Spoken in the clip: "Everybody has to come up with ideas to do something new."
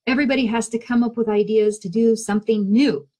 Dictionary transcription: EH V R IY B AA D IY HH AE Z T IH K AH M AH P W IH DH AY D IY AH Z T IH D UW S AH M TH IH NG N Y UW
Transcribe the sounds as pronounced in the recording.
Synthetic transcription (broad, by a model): EH V R IY B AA D IY HH AE Z T IH K AH M AH P W IH DH AY D IY AH Z T IH D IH S AH M TH IH NG N Y UW